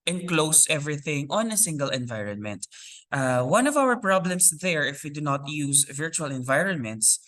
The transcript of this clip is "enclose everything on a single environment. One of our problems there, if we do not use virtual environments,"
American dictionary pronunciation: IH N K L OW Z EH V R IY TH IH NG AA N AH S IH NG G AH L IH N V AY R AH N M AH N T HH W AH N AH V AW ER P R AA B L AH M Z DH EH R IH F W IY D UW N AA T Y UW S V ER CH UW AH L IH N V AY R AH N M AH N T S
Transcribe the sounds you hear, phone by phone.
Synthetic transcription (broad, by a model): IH N K L OW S EH V R IY TH IH NG AA N AH S IH NG G AH L IH N V AY R AH N M AH N T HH W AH N AH V AW ER P R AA B L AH M S DH EH R IH F W IY D UW N AA T Y UW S V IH CH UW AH L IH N V AY R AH N M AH N T S